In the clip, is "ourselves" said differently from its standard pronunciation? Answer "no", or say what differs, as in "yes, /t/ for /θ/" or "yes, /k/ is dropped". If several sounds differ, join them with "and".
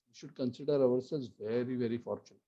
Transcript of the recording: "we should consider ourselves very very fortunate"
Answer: yes, /v/ is dropped